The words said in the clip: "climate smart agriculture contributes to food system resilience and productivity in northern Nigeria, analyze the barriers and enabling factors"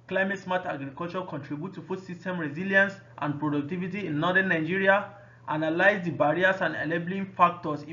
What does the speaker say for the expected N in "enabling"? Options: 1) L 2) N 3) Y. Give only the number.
1